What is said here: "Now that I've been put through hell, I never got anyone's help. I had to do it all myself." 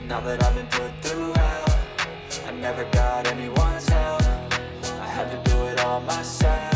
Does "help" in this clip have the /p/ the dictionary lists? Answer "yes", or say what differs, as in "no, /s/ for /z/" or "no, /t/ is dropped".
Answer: no, /p/ is dropped